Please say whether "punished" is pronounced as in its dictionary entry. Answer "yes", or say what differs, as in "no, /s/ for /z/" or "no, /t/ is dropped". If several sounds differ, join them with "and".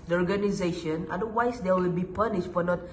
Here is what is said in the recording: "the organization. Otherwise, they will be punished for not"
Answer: yes